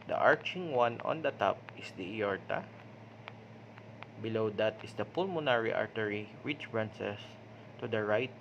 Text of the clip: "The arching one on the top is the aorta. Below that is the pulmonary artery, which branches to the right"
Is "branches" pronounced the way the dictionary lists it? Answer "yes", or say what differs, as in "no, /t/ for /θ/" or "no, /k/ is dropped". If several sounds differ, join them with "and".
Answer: no, /s/ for /tʃ/ and /s/ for /z/